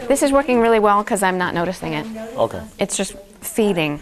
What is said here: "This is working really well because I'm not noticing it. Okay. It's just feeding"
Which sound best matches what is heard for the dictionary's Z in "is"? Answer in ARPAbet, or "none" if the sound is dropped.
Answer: Z